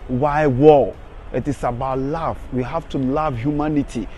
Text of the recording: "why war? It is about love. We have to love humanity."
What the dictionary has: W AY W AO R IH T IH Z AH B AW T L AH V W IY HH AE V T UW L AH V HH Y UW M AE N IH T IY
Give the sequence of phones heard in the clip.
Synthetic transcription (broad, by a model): W AY W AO L IH T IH S AH B AW T L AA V W IY HH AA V T UW L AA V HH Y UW M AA N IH T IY